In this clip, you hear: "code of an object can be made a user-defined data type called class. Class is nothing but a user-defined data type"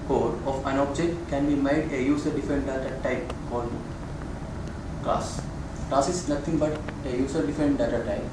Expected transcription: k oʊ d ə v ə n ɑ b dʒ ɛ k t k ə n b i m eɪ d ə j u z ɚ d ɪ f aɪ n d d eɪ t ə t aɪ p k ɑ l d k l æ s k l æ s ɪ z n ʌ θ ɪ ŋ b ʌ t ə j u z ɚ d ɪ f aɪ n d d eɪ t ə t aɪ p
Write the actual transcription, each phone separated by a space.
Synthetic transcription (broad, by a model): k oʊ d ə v ə n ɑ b dʒ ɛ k t k ə n b i m eɪ d ə j u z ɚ d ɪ f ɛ n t d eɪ t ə t aɪ p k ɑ d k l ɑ s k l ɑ s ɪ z n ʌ t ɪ ŋ b ʌ t ə j u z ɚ d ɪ f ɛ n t d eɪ t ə t aɪ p